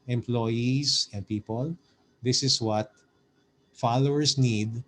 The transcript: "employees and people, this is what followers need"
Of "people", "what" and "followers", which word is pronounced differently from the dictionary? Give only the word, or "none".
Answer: followers